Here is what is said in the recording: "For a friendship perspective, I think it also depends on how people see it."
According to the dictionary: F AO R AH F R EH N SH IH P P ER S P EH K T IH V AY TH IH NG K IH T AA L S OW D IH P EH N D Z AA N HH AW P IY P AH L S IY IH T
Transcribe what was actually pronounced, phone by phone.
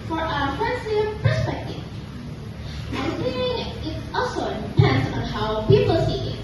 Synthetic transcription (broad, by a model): F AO R AH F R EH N S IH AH P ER S P EH K T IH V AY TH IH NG IH T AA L S OW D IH P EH N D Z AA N HH AW P IY P AH L S IY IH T